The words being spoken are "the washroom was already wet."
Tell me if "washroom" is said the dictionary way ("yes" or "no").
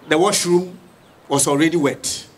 yes